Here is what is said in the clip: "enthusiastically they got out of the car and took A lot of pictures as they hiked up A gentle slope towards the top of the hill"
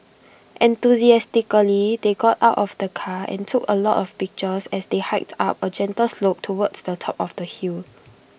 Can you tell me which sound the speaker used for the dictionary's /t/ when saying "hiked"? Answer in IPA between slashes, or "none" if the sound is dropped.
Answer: /t/